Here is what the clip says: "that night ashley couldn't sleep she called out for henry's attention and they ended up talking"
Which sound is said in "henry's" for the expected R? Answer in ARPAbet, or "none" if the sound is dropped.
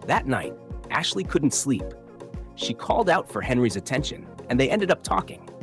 R